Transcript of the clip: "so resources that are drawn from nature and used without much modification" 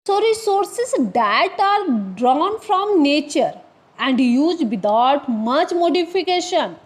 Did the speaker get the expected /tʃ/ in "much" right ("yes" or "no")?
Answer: yes